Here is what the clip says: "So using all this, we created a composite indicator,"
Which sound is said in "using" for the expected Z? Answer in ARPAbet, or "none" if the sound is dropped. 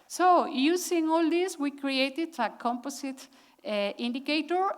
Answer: S